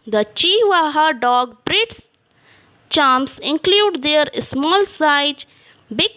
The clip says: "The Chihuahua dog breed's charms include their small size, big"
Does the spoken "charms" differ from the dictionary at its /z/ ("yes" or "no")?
yes